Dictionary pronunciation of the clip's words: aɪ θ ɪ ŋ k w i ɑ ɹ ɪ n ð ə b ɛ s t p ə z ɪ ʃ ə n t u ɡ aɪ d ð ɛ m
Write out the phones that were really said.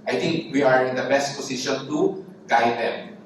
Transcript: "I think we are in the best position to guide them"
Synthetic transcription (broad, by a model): aɪ t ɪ ŋ k w i ɑ ɹ ɪ n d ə b ɛ s t p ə s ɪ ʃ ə n t u ɡ aɪ d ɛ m